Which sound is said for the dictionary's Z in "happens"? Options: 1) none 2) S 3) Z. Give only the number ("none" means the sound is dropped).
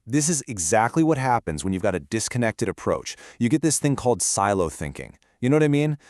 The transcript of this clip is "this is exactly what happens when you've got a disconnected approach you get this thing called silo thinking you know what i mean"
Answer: 3